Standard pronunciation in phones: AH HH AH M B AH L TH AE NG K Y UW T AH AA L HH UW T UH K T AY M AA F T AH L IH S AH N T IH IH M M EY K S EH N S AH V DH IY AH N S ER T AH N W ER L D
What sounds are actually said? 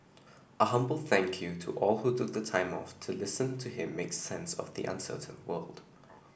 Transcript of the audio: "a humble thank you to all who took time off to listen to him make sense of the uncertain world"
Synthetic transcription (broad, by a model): AH HH AH M B AH L TH AE NG K Y UW T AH AA L HH UW T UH K T AY M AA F T AH L IH S AH N T IH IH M M EY K S EH N S AH V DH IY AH N S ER T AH N W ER L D